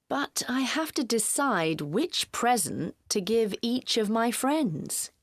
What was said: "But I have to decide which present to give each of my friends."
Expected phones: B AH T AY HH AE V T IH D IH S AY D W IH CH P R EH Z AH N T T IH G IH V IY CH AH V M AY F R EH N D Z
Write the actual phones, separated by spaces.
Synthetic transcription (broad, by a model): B AH T AY HH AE F T IH D IH S AY D W IH CH P R EH Z AH N T T IH G IH V IY CH AH V M AY F R EH N D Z